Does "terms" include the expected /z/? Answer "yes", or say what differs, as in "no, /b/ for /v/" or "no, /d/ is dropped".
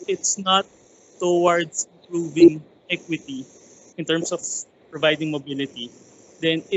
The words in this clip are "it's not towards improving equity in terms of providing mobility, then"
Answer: no, /s/ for /z/